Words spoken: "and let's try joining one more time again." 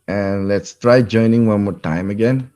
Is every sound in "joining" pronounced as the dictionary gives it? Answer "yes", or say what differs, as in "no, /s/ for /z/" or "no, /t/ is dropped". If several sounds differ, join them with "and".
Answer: yes